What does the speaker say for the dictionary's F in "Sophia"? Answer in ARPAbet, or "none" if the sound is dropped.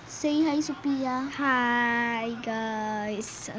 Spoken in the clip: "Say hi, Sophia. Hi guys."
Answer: P